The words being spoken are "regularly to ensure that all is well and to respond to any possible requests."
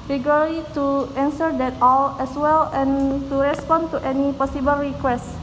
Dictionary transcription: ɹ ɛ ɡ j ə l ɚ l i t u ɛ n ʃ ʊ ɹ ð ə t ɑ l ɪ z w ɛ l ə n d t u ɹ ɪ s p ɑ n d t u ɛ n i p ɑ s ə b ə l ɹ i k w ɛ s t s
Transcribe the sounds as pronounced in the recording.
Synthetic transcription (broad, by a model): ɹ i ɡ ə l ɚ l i t u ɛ n s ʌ ɹ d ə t ɑ l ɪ s w ɛ l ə n t u ɹ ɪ s p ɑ n t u ɛ n i p ɑ s ə b ə l ɹ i k w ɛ s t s